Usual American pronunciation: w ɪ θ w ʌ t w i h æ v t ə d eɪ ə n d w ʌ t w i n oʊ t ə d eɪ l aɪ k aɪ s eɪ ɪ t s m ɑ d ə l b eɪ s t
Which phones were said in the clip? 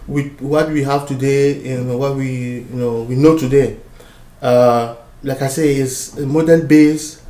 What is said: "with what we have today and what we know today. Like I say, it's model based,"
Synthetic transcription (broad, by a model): w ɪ w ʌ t w i h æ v t ə d eɪ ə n w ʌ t w i n oʊ t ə d eɪ l aɪ k aɪ s eɪ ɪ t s m ɑ d ə l b eɪ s